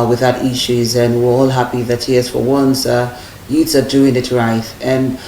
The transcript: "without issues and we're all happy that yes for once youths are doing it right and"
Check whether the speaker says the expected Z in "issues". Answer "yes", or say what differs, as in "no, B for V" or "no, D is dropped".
yes